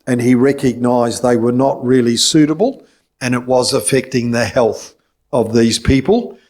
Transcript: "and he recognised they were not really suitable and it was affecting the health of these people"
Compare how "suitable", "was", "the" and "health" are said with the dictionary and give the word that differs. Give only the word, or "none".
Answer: none